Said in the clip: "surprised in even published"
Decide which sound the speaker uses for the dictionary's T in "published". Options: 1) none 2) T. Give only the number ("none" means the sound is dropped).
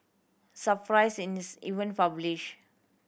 1